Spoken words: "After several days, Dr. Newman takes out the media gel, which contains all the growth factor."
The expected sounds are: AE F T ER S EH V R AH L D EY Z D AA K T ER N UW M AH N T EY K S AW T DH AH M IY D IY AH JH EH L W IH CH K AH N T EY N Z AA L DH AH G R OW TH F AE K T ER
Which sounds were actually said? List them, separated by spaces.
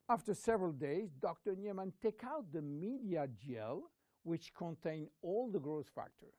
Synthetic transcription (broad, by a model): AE F T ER S EH V R AH L D EY Z D AA K T ER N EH M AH N T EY K AW T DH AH M IY D IY AH JH EH L W IH CH K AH N T EY N AA L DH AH G R OW S F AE K T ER